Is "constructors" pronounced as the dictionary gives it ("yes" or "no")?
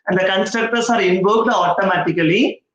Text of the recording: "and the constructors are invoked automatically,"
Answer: no